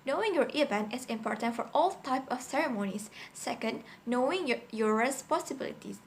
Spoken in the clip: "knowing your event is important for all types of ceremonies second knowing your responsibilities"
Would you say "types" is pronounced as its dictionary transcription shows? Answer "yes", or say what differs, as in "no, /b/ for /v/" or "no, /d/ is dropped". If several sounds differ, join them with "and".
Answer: no, /s/ is dropped